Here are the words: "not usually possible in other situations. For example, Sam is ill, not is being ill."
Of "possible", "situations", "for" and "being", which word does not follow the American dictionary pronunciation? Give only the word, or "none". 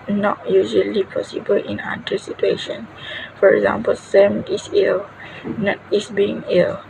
situations